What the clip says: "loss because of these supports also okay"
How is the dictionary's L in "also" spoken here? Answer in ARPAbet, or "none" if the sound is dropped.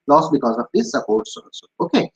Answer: none